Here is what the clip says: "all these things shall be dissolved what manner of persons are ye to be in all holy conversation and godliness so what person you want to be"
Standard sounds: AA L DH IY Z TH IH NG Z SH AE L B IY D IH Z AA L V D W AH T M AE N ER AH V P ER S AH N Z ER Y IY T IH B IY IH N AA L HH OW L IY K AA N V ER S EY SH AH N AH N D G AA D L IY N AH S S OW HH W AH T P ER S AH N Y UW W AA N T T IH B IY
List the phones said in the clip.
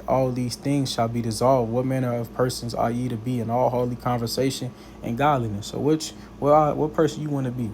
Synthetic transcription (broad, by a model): AA L DH IY Z TH IH NG Z SH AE L B IY D IH Z AA L V D W AH T M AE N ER AH V P ER S AH N Z ER Y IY T IH B IY IH N AA L HH OW L IY K AA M V ER S EY SH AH N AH N G AA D L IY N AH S S OW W W AH T P ER S AH N Y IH W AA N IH B IY